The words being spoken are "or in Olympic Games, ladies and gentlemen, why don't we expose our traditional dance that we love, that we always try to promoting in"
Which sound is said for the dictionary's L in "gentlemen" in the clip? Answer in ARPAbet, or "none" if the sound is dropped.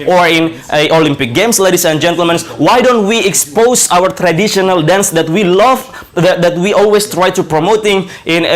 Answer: L